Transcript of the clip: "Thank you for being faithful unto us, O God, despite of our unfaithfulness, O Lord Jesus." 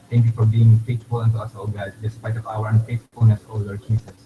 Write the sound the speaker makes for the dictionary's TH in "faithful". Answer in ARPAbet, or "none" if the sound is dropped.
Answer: T